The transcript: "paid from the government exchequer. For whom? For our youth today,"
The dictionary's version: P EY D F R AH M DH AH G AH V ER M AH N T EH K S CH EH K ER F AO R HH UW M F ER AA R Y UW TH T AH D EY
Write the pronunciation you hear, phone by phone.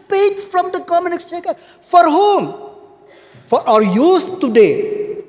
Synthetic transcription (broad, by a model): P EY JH F R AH M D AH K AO M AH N IH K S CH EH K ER F AO R HH UW M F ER AA R Y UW S T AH D EY